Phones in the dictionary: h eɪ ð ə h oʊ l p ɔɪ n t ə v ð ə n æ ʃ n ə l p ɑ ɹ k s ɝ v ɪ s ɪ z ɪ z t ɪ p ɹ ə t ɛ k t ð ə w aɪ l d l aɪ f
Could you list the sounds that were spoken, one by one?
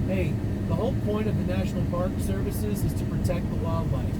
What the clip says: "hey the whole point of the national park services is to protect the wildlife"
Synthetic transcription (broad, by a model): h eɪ ð ə h oʊ l p ɔɪ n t ə v ð ə n æ ʃ n l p ɑ ɹ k s ɝ v ɪ s ɪ z ɪ z t ɪ p ɹ ə t ɛ k t ð ə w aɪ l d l aɪ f